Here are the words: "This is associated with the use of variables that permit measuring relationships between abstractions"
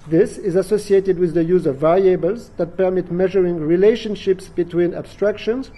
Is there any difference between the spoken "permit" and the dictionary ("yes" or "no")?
no